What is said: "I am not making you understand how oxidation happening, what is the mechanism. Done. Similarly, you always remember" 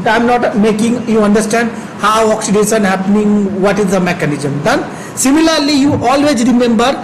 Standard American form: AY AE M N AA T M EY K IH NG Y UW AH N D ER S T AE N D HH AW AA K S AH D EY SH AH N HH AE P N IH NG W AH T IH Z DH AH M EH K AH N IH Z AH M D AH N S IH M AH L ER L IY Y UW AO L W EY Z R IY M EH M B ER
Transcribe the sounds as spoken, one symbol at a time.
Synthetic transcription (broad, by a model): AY M N AA T M EY K IH NG Y UW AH N D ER S T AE N D HH AW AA K S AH D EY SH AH N HH AE P N IH NG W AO T IH Z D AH M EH K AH N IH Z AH M D AH N S IH M AH L ER L IY Y UW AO L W EY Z R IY M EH M B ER